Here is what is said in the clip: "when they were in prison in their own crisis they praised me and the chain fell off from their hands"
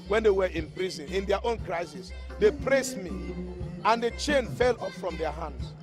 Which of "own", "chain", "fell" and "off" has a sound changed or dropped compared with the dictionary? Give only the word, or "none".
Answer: off